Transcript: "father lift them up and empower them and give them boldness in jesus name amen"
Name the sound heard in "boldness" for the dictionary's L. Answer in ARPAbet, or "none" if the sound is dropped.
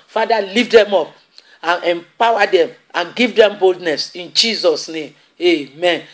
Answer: L